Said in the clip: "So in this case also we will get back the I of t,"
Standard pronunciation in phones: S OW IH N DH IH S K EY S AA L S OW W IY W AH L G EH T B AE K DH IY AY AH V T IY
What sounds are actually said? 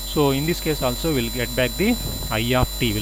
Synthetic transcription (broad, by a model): S OW IH N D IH S K EY S AA L S OW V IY L G EH T B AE K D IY AY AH P T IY